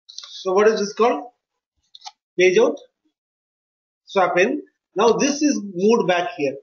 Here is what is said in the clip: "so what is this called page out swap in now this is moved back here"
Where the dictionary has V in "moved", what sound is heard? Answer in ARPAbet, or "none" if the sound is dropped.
none